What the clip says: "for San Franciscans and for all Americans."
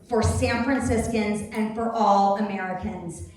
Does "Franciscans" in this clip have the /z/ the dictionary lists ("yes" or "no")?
yes